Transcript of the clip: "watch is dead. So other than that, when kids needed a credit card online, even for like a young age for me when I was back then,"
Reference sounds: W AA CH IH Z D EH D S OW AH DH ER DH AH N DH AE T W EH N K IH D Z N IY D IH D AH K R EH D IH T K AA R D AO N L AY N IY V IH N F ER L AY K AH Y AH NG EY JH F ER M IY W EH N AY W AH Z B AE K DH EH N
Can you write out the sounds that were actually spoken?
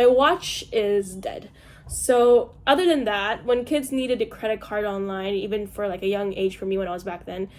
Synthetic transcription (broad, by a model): W AA CH IH Z D EH D S OW AH DH ER DH AH N DH AE T W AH N K IH D Z N IY D IH D AH K R EH D IH T K AA R D AO N L AY N IY V IH N F ER L AY K AH Y AH NG EY JH F ER M IY W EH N AY W AH Z B AE K DH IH N